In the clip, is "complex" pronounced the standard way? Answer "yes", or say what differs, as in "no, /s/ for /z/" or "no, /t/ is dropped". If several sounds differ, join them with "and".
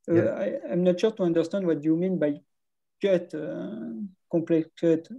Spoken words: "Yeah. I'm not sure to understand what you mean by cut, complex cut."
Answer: no, /m/ is dropped